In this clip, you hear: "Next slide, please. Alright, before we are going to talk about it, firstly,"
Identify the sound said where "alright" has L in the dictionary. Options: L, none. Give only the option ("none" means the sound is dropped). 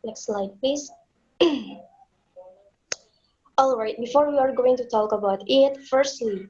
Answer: L